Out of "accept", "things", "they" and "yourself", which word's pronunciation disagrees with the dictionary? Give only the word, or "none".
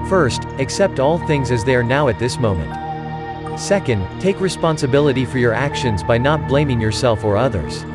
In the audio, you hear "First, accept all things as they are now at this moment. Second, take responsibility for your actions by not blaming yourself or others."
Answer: none